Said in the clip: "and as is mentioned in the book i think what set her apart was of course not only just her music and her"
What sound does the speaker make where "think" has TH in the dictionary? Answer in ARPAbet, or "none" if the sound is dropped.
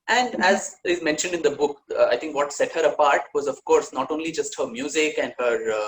T